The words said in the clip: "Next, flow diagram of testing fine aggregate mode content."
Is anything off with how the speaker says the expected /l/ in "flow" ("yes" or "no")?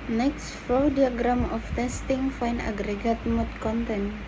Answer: yes